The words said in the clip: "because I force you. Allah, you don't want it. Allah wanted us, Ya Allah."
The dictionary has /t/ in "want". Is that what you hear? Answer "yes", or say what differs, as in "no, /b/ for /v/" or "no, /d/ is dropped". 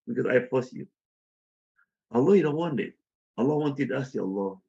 no, /t/ is dropped